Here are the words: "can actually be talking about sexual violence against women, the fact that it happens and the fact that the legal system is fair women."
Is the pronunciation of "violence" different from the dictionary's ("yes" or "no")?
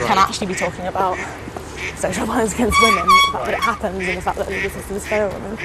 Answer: yes